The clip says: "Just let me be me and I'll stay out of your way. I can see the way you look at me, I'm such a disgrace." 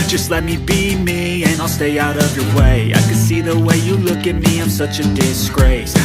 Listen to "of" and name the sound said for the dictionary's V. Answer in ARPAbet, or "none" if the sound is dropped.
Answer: V